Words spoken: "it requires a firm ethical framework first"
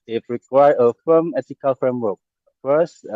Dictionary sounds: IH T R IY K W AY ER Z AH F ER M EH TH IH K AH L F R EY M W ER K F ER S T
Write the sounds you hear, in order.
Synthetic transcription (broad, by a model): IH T R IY K W AY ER AH F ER M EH T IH K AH L F R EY M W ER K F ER S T